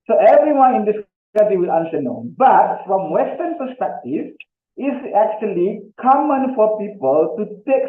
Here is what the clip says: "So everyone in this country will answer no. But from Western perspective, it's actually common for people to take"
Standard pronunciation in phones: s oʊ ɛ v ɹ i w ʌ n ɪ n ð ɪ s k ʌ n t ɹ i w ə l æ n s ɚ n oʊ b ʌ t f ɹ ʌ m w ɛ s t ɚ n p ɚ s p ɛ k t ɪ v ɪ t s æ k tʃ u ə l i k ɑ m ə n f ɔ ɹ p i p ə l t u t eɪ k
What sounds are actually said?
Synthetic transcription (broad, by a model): s oʊ ɛ v ɹ i w ʌ n ɪ n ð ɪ s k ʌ t i w ə l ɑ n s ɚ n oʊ b ʌ t f ɹ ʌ m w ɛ s t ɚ n p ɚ s p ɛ k t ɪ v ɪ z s æ k tʃ u ə l i k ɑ m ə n f ɔ ɹ p i p ə l t u t eɪ k